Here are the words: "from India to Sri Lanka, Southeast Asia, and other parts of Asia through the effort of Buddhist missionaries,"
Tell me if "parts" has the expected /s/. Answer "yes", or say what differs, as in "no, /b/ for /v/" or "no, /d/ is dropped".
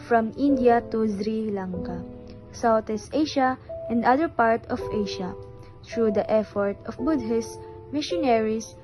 no, /s/ is dropped